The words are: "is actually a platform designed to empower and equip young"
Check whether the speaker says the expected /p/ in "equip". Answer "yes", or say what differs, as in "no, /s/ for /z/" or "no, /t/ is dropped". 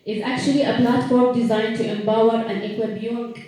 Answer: no, /b/ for /p/